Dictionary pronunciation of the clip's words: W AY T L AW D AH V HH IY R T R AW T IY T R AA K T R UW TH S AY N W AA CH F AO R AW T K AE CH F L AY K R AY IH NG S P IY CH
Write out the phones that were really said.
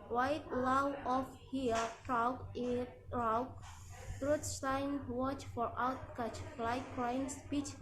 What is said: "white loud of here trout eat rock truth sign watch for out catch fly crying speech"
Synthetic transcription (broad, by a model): W AY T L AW AH F HH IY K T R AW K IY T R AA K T R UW T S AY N W AA CH F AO R AW T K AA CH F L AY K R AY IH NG S P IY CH